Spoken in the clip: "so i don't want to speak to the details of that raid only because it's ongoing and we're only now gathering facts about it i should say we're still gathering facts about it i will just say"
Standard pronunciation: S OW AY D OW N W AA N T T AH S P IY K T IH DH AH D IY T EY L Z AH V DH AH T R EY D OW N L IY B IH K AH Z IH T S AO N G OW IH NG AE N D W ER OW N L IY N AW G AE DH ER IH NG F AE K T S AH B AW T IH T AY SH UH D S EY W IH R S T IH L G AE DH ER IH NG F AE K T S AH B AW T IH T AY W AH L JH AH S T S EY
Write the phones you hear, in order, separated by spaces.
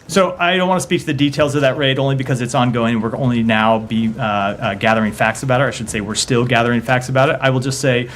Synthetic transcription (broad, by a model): S OW AY D OW N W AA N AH S P IY K T IH DH AH D IY T EY L Z AH V DH AH T R EY D OW N L IY B IH K AH Z IH T S AO N G OW IH NG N W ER OW N L IY N AW G AE DH ER IH NG F AE K T S AH B AW T IH T AY SH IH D S EY W IH R S T IH L G AE DH ER IH NG F AE K T S AH B AW T IH T AY W AH L JH AH S T S EY